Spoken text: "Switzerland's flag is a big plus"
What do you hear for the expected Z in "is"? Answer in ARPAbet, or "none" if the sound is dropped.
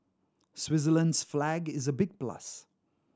Z